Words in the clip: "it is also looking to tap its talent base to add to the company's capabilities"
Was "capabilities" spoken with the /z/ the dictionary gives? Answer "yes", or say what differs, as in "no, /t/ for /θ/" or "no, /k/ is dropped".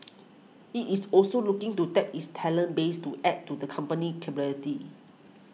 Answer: no, /z/ is dropped